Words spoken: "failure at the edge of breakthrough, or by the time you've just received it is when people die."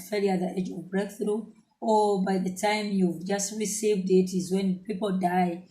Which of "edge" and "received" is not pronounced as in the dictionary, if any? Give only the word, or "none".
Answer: none